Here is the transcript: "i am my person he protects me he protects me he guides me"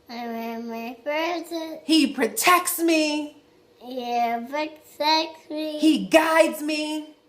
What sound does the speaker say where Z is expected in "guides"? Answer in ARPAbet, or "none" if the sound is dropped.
Z